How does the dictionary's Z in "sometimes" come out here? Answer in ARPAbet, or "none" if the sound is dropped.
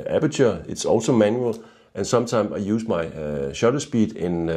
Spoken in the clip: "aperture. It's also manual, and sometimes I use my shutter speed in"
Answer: S